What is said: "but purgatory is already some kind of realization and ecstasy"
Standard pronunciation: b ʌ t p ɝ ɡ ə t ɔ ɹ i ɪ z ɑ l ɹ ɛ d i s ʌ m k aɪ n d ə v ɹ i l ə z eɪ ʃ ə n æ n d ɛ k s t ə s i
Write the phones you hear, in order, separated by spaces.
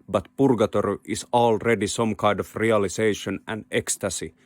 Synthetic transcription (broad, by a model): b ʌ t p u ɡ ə t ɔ ɹ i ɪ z ɑ l ɹ ɛ d i s ʌ m k aɪ n d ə f ɹ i l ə s eɪ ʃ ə n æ n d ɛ k s t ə s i